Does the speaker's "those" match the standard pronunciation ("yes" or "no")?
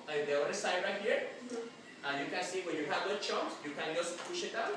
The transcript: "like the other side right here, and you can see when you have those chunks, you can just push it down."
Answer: no